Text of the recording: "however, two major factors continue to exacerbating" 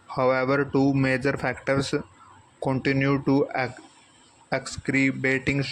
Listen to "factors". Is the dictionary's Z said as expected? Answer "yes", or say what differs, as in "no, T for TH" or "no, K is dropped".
no, S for Z